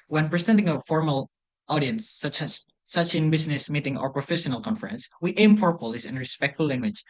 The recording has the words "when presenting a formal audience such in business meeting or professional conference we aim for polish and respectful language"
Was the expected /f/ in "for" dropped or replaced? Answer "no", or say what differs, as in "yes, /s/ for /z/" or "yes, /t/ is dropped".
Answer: yes, /p/ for /f/